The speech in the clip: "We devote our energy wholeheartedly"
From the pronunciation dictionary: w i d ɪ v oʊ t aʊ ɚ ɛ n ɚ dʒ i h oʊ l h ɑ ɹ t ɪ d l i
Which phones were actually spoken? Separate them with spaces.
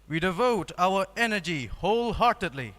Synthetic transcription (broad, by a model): w i d ɪ v oʊ t aʊ ɚ ɛ n ɚ dʒ i h oʊ l h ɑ ɹ t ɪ d l i